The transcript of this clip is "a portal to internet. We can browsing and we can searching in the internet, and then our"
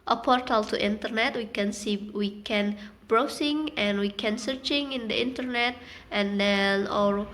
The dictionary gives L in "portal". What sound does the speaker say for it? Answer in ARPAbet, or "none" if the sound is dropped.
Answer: L